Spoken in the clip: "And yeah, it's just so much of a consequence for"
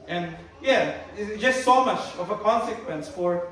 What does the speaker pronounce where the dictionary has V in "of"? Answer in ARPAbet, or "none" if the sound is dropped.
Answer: V